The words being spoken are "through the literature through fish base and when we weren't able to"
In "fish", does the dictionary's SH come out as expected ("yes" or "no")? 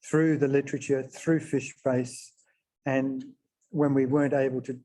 yes